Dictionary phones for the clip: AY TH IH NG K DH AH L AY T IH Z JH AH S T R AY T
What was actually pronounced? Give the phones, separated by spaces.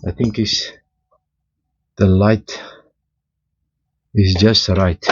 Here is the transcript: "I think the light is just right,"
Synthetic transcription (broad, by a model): AY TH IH NG K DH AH L AY T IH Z JH AH S T R AY T